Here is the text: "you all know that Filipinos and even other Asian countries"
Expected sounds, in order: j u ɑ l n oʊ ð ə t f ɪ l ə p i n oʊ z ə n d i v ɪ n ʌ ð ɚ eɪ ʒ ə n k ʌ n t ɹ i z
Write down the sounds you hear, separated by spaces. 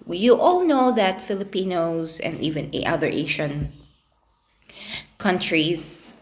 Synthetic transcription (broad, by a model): j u ɑ l n oʊ ð ə t f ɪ l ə p i n oʊ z ə n d i v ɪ n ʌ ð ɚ eɪ ʃ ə n k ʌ n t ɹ i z